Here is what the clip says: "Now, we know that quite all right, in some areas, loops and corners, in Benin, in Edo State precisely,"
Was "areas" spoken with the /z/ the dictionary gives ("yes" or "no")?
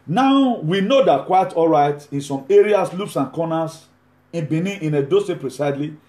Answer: no